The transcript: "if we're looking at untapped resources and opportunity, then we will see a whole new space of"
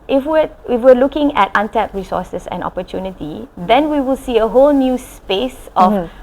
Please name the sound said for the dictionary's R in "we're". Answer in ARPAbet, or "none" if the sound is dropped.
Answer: W